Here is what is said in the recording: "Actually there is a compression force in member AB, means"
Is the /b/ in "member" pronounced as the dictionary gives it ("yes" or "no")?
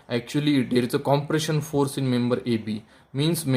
yes